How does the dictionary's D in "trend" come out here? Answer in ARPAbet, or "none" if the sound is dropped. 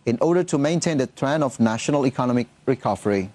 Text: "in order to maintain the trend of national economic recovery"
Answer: none